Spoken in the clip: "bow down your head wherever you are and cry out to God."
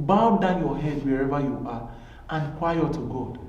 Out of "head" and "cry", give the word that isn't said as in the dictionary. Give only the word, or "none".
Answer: cry